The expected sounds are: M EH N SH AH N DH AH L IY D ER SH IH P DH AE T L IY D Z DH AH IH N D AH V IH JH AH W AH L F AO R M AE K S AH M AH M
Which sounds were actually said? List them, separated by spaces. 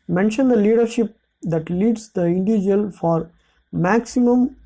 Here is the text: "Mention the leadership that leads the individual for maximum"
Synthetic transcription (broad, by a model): M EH N SH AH N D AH L IY D ER SH IH P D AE T L IY D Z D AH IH N D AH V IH JH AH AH L F AO R M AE K S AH M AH M